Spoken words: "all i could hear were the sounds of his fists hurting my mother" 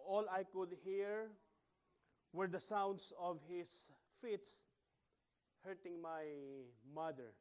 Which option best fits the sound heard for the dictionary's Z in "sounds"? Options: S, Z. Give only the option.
S